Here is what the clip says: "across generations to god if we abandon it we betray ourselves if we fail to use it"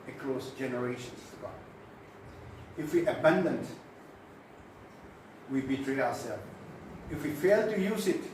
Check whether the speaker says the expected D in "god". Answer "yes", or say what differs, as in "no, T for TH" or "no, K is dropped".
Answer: no, D is dropped